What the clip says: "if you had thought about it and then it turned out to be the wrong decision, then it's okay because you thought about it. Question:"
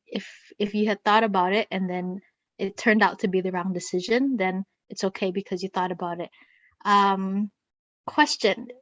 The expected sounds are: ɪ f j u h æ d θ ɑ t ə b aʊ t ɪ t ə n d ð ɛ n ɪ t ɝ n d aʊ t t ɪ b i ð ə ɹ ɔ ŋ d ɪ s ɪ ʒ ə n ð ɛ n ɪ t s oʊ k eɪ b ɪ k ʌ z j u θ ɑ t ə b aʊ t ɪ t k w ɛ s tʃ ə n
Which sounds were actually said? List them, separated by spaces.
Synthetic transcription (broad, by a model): ɪ f j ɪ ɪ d θ ɑ t ə b aʊ t ɪ t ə n ð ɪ n ɪ t ɝ n d aʊ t t ɪ b i ð ə ɹ ɔ ŋ d ɪ s ɪ ʒ ə n ð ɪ n ɪ t s oʊ k eɪ b ɪ k ʌ z j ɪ θ ɑ t ə b aʊ t ɪ t k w ɛ s tʃ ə n